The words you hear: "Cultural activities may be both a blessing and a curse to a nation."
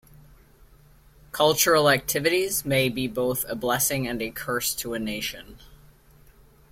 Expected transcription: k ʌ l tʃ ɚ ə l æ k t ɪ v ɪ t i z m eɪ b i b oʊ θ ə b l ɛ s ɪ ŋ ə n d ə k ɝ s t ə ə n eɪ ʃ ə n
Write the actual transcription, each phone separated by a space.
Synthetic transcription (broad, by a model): k ʌ l tʃ ɚ l æ k t ɪ v ɪ t i z m eɪ b i b oʊ θ ə b l ɛ s ɪ ŋ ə n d ə k ɝ s t ə ə n eɪ ʃ ə n